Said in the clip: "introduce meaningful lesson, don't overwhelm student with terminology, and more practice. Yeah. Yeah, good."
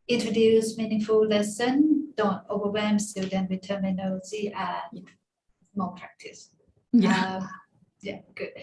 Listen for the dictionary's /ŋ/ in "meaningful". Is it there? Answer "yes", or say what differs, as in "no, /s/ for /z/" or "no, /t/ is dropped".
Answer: yes